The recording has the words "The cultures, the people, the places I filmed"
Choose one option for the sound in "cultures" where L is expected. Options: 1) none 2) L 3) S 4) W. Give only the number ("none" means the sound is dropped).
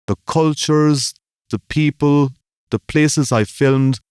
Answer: 2